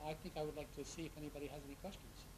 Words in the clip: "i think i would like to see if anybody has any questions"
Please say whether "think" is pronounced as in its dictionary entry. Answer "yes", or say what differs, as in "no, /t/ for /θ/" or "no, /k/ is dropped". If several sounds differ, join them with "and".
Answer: yes